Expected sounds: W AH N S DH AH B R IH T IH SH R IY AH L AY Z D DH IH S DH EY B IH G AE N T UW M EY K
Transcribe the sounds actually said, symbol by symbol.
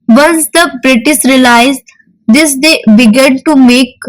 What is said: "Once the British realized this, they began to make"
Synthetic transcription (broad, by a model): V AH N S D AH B R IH T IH S R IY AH L AY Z D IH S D EY B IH G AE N T UW M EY K